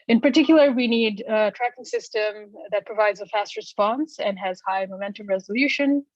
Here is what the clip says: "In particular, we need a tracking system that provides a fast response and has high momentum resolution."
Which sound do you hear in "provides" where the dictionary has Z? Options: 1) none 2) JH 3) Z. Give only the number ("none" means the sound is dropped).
3